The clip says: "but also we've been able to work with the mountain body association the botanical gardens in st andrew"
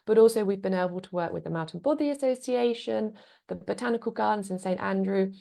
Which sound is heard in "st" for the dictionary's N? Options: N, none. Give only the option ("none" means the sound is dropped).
N